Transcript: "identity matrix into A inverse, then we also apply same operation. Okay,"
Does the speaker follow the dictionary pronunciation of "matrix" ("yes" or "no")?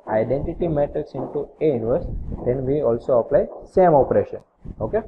no